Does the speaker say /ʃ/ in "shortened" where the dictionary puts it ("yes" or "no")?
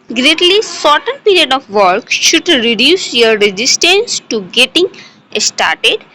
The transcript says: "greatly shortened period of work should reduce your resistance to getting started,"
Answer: no